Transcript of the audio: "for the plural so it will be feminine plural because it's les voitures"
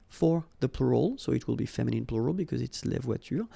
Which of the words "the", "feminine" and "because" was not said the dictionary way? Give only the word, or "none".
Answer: none